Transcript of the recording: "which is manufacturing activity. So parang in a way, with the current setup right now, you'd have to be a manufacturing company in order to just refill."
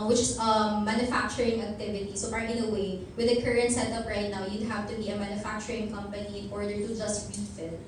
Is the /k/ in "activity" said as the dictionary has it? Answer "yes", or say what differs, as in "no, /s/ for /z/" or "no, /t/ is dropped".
yes